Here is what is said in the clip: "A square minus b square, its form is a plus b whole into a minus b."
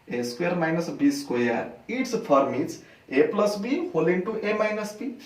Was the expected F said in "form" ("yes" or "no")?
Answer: no